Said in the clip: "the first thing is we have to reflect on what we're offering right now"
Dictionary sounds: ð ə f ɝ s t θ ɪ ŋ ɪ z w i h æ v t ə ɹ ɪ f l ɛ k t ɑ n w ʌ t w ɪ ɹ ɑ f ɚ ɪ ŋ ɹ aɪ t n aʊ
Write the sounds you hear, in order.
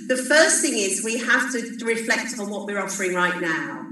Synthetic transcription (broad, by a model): ð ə f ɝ s θ ɪ ŋ ɪ z w i h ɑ f t ə ɹ ɪ f l ɛ k t n w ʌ t w ɪ ɹ ɑ f ɚ ɪ ŋ ɹ aɪ t n aʊ